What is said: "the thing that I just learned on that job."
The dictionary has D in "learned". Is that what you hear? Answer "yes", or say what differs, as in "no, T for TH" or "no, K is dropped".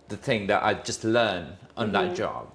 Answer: no, D is dropped